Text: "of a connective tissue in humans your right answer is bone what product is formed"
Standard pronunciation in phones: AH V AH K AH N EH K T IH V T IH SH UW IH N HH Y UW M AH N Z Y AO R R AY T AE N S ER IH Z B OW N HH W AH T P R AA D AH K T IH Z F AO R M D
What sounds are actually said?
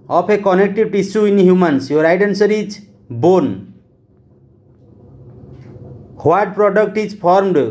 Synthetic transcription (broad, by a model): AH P AH K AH N EH K T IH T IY S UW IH N HH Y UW M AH N S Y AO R R AY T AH N S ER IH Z B OW N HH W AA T P R AA D AH K T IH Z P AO R M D